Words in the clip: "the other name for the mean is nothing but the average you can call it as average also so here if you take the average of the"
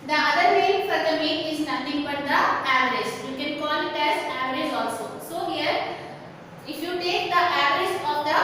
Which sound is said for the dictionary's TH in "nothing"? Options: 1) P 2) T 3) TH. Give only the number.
2